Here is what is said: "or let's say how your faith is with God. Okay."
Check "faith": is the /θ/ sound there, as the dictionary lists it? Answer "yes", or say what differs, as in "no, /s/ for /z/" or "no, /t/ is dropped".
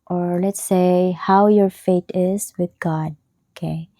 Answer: no, /t/ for /θ/